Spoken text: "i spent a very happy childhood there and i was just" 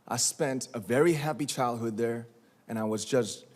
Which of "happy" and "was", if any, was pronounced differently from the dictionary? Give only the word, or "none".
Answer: none